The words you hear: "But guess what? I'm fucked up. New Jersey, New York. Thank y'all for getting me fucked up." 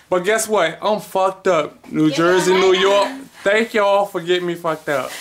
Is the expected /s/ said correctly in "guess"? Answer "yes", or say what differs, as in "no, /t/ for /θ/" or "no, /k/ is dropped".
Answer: yes